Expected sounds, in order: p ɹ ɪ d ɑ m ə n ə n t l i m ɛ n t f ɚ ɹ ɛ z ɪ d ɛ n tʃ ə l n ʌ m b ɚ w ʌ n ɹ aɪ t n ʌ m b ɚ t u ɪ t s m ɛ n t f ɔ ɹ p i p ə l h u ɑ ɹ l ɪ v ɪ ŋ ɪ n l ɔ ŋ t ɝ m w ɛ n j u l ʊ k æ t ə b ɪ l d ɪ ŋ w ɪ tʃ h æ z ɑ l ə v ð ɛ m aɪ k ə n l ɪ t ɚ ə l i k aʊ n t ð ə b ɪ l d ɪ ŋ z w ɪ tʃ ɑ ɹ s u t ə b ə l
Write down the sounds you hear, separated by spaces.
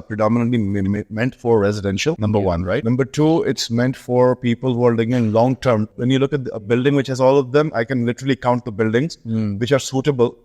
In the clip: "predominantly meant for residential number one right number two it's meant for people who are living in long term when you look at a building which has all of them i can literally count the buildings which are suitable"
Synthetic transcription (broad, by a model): p ɹ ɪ d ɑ m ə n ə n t l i m ɛ n t f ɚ ɹ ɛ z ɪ d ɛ n ʃ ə l n ʌ m b ɚ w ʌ n ɹ aɪ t n ʌ m b ɚ t u ɪ t s m ɛ n t f ɔ ɹ p i p ə l h u ɑ ɹ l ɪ ɪ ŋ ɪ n l ɔ ŋ t ɝ m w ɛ n j u l ʊ k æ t ə b ɪ l d ɪ ŋ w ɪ tʃ h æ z ɑ l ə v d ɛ m aɪ k ə n l ɪ t ɚ ə l i k aʊ n t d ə b ɪ l d ɪ ŋ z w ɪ tʃ ɑ ɹ s u t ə b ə l